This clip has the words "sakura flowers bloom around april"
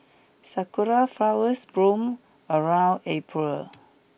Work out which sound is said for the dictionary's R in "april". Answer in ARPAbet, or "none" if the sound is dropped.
R